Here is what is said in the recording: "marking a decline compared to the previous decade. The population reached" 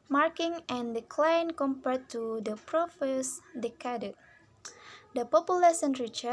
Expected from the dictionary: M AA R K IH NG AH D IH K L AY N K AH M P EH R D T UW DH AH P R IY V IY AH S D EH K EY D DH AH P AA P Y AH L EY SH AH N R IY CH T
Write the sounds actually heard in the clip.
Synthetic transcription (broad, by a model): M AA R K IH NG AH D IH K L AY N K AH M P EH R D T UW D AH P R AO F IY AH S D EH K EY D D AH P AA P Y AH L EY S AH N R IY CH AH